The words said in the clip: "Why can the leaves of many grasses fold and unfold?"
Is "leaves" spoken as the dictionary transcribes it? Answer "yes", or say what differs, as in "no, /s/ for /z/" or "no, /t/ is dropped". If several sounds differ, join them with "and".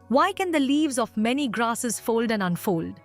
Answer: yes